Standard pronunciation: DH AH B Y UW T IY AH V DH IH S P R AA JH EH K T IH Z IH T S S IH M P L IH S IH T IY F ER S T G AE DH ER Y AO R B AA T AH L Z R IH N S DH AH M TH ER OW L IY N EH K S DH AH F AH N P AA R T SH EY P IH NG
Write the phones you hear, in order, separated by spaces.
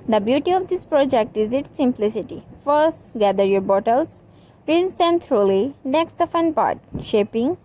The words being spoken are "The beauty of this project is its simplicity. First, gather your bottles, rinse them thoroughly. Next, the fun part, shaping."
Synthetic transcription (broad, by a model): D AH B Y UW T IY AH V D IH S P R AA JH EH K T IH Z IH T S S IH M P L IH S IH T IY F ER S T G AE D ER Y AO R B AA T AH L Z R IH S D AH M T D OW L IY N EH K S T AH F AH N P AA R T SH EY P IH NG